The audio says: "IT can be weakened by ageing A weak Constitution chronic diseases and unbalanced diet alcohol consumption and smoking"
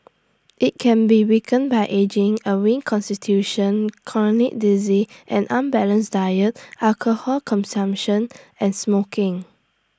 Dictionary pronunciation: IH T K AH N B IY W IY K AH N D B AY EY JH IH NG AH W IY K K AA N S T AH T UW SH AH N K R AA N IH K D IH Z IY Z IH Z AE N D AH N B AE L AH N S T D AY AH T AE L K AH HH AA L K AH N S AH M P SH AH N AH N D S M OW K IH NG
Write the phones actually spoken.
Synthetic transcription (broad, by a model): IH T K AH N B IY W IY K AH N B AY EY JH IH NG AH W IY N K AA N S T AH T UW SH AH N K L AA N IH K D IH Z IY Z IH N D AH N B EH L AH N S D AY AH T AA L K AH HH AA L K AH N S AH M P SH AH N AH N S M OW K IH NG